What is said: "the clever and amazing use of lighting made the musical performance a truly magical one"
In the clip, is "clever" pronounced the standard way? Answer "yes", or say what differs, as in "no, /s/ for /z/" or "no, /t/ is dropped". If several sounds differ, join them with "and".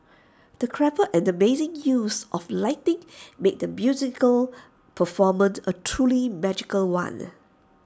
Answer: no, /p/ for /v/